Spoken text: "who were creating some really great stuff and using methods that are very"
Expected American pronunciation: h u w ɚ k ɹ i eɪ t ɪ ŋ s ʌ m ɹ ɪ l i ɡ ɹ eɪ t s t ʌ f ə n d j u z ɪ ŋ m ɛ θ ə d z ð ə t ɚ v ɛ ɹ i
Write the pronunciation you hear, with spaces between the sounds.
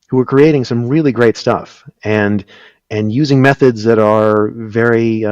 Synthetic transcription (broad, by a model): h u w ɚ k ɹ i eɪ t ɪ ŋ s ʌ m ɹ ɪ l i ɡ ɹ eɪ t s t ʌ f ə n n j u z ɪ ŋ m ɛ θ ə d z ð ə t ɚ v ɛ ɹ i